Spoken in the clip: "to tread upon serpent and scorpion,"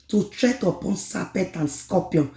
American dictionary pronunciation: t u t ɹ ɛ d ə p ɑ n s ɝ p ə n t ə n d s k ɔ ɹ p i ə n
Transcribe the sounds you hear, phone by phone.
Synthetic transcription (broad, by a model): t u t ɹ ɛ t ə p ɑ n s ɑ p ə t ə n s k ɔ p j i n